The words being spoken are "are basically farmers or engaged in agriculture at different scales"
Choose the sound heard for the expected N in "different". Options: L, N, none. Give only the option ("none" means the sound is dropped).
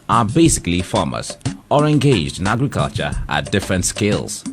N